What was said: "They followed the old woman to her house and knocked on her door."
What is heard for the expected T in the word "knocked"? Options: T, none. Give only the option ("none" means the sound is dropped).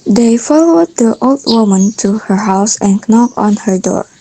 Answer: none